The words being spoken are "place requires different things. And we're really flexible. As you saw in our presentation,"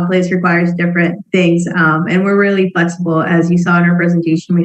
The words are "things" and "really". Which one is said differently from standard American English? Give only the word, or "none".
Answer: none